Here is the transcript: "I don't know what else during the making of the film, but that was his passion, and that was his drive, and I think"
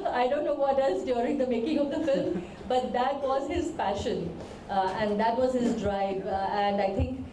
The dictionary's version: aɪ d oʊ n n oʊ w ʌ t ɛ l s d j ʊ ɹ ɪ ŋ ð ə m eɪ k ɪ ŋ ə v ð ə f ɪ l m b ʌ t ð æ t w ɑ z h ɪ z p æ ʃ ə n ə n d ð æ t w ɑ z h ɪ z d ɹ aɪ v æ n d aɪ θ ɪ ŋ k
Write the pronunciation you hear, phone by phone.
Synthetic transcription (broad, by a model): aɪ d oʊ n n oʊ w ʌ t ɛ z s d j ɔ ɹ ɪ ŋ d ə m eɪ k ɪ ŋ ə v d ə f ɪ l m b ʌ t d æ t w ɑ z h ɪ z p æ ʃ ə n ə n d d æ t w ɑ z h ɪ z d ɹ aɪ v æ n d aɪ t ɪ ŋ k